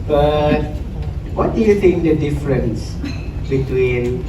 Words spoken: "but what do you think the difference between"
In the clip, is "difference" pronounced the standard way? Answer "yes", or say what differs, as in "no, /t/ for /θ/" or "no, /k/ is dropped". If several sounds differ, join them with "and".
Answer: yes